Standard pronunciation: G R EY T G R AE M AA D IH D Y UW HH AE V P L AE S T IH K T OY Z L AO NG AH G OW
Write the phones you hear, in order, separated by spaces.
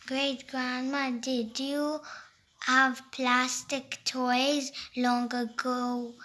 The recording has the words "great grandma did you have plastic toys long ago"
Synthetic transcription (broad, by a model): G R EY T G R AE M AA D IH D Y UW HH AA V P L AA S T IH K T OY Z L AO NG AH G OW